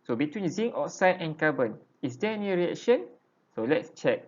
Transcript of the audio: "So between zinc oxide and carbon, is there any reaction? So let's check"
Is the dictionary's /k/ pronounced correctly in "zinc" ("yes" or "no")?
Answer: no